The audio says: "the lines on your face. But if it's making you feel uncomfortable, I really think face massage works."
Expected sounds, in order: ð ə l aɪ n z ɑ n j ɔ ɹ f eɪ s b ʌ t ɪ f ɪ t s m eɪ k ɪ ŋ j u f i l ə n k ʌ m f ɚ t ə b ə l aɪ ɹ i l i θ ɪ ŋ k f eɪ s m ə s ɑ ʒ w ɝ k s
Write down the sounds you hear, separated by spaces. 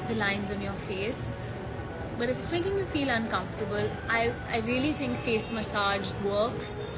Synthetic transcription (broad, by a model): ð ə l aɪ n z ɑ n j ɔ ɹ f eɪ s b ʌ t ɪ f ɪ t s m eɪ k ɪ ŋ j u f i l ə n k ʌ m f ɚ t ə b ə l aɪ ɹ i l i t ɪ ŋ k f eɪ s m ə s ɑ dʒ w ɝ k s